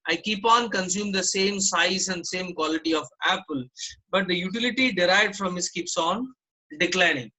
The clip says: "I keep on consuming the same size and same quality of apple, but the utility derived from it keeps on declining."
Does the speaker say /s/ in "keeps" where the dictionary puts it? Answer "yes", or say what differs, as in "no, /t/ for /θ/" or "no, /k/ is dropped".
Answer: yes